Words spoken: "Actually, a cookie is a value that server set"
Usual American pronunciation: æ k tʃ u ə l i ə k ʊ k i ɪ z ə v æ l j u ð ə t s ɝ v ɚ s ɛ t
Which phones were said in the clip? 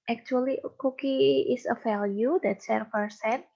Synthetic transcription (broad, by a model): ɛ k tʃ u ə l i k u k i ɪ s ə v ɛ l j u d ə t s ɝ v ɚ s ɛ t